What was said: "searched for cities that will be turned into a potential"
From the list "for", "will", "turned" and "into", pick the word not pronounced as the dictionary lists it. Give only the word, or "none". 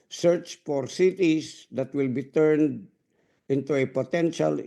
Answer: none